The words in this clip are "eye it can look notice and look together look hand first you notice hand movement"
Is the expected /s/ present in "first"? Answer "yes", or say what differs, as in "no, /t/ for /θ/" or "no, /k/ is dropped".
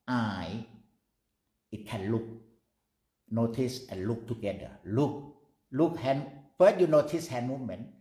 no, /s/ is dropped